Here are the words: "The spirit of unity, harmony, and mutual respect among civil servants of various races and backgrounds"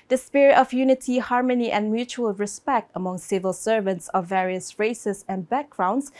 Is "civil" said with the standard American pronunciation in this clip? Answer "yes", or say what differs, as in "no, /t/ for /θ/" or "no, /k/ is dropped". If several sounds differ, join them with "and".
yes